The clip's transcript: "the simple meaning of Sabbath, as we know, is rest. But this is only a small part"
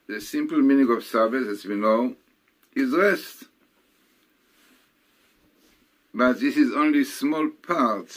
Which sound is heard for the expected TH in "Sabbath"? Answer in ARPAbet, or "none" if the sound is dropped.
S